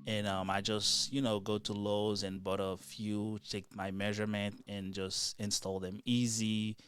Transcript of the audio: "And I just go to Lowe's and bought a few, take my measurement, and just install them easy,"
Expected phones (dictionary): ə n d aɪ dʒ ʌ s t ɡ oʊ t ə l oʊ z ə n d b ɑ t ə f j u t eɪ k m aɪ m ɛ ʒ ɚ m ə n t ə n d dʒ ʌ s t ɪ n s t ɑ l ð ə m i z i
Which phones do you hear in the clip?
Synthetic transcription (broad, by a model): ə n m aɪ dʒ ʌ s t ɡ oʊ t ə l oʊ z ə n b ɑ t ə f j u t eɪ k m aɪ m ɛ ʒ ɚ m ə n t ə n dʒ ʌ s t ɪ n s t ɑ l ð ə m i z i